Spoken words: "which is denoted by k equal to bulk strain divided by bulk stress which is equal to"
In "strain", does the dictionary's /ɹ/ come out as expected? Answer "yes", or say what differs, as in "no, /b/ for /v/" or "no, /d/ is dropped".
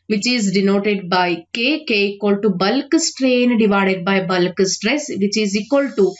yes